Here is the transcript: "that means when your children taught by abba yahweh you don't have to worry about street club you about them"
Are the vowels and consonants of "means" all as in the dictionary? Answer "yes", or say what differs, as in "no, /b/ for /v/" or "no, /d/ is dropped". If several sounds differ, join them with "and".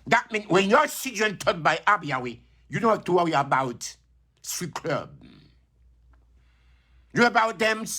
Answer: no, /z/ is dropped